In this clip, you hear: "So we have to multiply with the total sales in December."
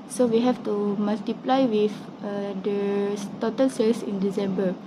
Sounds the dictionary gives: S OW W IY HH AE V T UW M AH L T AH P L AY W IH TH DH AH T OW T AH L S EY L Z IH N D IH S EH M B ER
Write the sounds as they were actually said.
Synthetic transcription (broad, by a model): S OW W IY HH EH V T UW M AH L T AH P L AY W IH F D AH T OW T AH L S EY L S IH N D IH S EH M B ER